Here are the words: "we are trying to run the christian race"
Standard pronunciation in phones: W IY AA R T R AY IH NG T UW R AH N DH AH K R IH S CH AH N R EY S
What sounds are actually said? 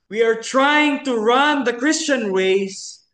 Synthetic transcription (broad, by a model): W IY AA R T R AY IH NG T UW R AH N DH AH K R IH S CH AH N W EY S